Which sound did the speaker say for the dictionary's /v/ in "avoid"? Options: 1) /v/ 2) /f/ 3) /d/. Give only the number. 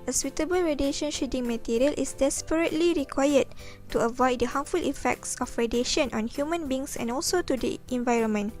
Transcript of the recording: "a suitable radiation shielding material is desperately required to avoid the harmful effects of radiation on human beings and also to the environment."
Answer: 1